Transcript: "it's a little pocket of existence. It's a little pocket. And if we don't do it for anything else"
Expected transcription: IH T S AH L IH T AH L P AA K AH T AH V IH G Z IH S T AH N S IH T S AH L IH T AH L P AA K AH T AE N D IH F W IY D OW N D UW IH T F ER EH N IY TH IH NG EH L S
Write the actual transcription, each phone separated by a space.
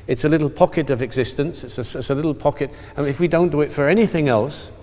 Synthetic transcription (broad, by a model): IH T S AH L IH T L P AA K AH T AH V IH G Z IH S T AH N S IH T S AH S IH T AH L P AA K AH T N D IH F W IY D OW N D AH IH T F ER EH N IY TH IH NG EH L S